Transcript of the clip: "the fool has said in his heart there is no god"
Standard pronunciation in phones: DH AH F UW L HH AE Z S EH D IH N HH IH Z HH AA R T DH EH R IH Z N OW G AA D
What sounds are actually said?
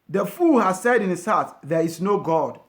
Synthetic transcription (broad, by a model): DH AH F UW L HH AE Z S EH D IH N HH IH S HH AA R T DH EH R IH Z N OW G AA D